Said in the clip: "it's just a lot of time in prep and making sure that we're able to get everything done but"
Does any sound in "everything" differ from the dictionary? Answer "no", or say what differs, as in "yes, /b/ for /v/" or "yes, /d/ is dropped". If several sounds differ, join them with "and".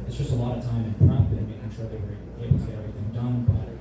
no